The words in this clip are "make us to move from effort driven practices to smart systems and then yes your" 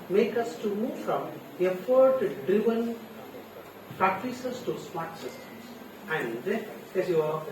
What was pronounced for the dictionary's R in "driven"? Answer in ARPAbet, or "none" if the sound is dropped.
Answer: R